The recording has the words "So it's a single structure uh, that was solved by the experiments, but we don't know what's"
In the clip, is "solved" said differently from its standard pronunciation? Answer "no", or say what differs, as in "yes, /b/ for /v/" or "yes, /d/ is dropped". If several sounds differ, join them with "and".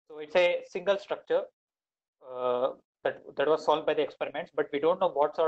yes, /v/ is dropped